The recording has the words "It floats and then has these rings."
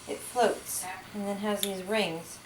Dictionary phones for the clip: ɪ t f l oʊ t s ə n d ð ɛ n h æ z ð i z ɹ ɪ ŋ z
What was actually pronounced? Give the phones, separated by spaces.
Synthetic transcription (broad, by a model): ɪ t f l oʊ t s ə n ð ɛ n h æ z ð i z ɹ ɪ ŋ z